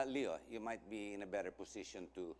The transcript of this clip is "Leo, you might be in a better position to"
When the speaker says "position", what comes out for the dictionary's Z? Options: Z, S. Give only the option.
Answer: S